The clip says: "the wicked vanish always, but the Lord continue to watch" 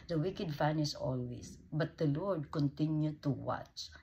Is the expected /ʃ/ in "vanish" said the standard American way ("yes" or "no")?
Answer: no